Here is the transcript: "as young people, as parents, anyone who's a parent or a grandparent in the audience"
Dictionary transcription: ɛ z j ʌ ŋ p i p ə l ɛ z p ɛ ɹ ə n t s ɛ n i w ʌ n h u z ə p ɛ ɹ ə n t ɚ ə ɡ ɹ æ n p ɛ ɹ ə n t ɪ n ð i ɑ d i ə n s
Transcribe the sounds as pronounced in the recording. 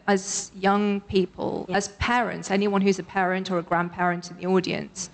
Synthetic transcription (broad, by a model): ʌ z j ʌ ŋ p i p ə l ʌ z p ɛ ɹ ə n t s ɛ n i w ʌ n h u z ə p ɛ ɹ ə n t ɚ ə ɡ ɹ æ n p ɛ ɹ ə n t ɪ n ð i ɑ d i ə n s